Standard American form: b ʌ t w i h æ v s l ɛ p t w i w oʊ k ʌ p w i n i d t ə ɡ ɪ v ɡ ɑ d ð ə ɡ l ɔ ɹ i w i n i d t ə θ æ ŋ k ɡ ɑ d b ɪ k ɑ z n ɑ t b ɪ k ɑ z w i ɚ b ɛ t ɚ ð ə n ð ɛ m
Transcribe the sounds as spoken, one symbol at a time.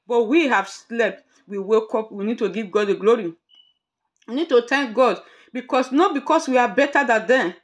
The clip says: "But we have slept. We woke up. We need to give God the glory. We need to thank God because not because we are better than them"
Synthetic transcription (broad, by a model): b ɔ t w i h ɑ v s l ɛ p t w i w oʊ k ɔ p w i n i d t ə ɡ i v ɡ ɑ d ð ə ɡ l ɔ ɹ i w i n i d t ə t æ ŋ k ɡ ɑ d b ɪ k ɑ s n ɑ t b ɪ k ɑ s w i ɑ b ɛ t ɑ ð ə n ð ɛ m